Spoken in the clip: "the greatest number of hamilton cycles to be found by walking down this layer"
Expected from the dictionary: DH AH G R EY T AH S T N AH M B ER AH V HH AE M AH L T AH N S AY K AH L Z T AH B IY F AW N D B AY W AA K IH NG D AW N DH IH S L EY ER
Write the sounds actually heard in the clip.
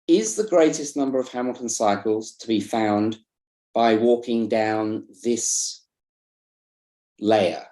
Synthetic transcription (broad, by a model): DH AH G R EY T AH S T N AH M B ER AH V HH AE M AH L T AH N S AY K AH L Z T AH B IY F AW N B AY W AA K IH NG D AW N DH IH S L EY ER